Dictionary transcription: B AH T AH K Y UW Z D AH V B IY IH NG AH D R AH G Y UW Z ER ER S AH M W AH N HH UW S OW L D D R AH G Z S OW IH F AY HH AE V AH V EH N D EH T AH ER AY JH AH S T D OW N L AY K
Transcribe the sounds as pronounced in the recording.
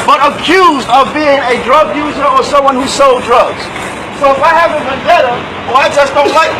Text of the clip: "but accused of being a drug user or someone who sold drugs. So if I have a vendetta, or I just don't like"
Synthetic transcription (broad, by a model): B AH T AH K Y UW Z D AH V B IY IH NG AH D R AH G Y UW Z ER ER S AH M W AH N HH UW S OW L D D R AH G Z S OW IH F AY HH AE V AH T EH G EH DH AH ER AY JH AH S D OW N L AY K